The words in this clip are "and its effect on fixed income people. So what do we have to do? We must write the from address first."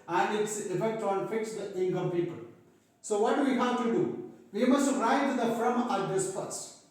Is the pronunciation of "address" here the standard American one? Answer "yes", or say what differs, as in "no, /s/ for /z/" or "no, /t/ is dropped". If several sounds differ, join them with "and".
no, /ɹ/ is dropped